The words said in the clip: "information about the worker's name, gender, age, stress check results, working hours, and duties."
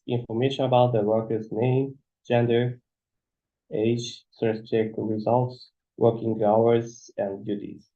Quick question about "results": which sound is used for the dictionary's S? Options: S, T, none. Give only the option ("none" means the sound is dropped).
S